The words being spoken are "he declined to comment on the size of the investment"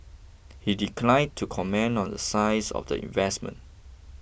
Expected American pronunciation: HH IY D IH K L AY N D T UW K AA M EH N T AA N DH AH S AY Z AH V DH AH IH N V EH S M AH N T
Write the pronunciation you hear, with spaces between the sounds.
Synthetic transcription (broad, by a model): HH IY D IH K L AY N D T UW K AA M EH N AA N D AH S AY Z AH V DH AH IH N V EH S M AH N T